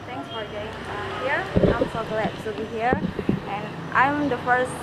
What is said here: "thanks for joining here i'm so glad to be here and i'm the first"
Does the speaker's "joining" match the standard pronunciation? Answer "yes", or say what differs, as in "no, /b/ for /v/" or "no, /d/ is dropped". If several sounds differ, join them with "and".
no, /n/ is dropped